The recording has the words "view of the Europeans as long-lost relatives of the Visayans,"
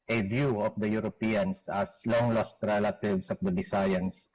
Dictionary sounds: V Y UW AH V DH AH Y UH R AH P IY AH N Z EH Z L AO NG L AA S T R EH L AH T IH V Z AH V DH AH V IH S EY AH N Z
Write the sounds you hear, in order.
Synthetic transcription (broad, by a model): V Y UW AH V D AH Y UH R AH P IY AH N S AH S L AO NG L AA S T R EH L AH T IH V S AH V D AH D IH S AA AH N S